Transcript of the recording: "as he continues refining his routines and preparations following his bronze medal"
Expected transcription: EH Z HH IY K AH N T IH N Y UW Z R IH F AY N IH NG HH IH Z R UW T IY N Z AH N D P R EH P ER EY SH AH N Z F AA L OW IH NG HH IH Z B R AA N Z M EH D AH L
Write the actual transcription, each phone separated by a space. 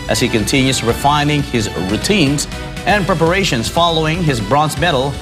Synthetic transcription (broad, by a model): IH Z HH IY K AH N T IH N Y UW Z R IH F AY N IH NG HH IH Z R UW T IY N Z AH N P R EH P ER EY SH AH N Z F AA L OW IH NG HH IH Z B R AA N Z M EH D L